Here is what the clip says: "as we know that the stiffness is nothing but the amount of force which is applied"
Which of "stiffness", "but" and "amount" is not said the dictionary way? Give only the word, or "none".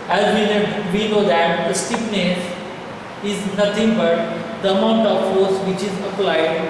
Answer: stiffness